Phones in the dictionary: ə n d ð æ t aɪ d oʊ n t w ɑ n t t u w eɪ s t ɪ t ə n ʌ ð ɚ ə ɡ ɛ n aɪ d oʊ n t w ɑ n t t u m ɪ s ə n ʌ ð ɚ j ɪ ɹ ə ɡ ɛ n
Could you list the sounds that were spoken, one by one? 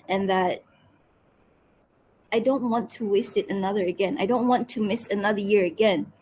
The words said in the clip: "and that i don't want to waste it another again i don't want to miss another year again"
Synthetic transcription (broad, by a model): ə n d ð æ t aɪ d oʊ n t w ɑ n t t u w eɪ s t ɪ t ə n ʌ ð ɚ ə ɡ ɛ n aɪ d oʊ n t w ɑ n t t u m ɪ s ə n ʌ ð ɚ j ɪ ɹ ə ɡ ɛ n